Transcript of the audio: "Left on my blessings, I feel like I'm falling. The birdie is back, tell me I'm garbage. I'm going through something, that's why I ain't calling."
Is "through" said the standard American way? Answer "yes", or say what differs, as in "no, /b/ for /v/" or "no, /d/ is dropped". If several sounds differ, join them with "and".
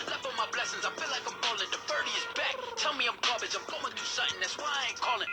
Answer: no, /ɹ/ is dropped